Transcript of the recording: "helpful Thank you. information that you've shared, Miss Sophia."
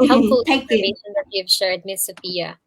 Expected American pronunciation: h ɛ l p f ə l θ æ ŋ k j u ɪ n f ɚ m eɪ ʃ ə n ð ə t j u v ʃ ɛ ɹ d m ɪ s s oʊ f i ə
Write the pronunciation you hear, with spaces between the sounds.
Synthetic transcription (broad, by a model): h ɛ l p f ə l t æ k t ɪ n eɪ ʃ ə n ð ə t j u v ʃ ɛ ɹ d m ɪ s s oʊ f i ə